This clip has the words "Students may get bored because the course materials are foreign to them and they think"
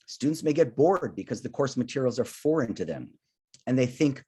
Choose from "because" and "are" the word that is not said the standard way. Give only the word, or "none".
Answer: none